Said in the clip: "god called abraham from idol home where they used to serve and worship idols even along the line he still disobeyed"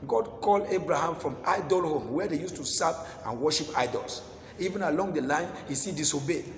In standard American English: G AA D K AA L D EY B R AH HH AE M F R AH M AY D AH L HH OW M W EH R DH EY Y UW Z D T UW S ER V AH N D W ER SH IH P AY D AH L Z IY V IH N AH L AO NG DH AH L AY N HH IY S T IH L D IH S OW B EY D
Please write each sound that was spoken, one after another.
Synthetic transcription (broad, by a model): G AA D K AA L D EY B R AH HH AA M F R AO M AY D AH L HH OW M W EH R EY Y UW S T UW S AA P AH N W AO SH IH P AY D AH L S IY V IH N AH L AO NG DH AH L AY N HH IY S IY D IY S OW B EY